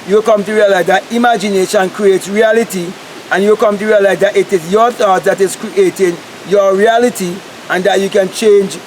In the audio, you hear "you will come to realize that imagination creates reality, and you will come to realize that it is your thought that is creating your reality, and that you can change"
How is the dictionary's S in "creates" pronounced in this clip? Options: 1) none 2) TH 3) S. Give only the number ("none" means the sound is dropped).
1